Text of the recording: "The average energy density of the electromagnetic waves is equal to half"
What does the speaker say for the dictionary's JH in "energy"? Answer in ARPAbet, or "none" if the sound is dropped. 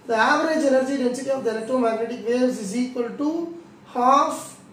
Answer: JH